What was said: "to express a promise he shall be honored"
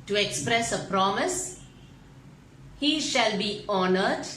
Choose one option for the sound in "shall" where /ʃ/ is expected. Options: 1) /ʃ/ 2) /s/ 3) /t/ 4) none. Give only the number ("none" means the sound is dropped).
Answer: 1